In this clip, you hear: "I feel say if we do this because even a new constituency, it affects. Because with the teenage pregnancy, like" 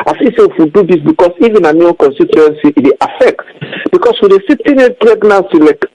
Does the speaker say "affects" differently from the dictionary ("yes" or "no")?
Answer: yes